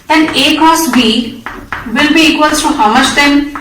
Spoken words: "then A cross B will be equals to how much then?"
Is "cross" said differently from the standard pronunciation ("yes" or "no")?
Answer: yes